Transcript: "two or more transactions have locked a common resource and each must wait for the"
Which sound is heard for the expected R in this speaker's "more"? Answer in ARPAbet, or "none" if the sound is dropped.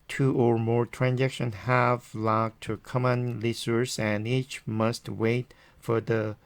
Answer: R